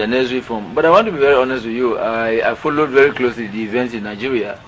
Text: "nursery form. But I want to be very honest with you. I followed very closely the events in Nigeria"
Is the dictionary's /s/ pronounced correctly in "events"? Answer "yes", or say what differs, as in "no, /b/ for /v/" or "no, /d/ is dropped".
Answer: yes